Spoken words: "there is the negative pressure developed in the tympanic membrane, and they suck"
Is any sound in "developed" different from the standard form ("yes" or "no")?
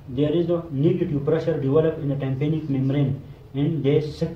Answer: yes